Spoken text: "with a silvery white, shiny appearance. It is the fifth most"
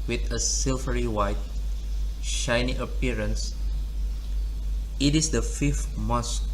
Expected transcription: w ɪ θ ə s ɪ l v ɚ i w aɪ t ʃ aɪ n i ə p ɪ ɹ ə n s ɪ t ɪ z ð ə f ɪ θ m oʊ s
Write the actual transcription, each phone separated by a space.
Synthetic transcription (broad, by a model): w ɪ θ ə s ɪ l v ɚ i w aɪ t ʃ aɪ n i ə p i ɹ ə n s ɪ t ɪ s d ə f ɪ f m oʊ s